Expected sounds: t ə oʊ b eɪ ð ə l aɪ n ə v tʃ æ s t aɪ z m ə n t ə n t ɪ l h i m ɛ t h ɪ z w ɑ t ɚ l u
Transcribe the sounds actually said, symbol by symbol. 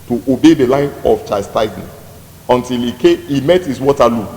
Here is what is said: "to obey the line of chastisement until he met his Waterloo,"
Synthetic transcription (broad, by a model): t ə oʊ b eɪ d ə l aɪ n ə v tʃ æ s t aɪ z ə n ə n t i l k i m ɛ t h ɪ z w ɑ t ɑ l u